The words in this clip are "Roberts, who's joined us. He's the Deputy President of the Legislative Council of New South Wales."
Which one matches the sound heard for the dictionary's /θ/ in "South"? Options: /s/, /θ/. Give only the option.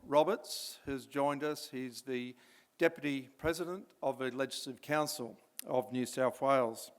/θ/